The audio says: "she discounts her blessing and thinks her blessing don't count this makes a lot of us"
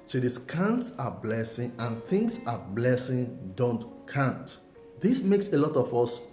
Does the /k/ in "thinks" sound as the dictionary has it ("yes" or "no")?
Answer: no